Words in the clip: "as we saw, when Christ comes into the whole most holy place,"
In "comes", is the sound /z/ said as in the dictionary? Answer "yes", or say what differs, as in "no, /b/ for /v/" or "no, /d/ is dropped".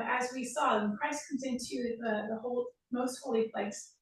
yes